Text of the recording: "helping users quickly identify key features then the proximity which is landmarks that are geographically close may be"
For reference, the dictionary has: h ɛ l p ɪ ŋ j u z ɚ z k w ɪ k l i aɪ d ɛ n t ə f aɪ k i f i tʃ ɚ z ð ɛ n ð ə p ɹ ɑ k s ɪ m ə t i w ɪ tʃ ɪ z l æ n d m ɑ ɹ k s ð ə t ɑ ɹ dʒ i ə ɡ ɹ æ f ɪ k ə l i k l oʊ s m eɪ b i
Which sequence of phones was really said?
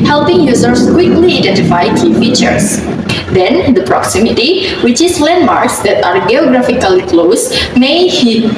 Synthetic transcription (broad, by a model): h ɛ l p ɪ ŋ j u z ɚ s k w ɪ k l i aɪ d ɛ n t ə f aɪ k i f i tʃ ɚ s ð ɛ n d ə p ɹ ɑ k s ɪ m ə t i w ɪ tʃ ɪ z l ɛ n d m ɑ ɹ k s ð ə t ɑ ɹ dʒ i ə ɡ ɹ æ f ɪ k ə l i k l oʊ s m eɪ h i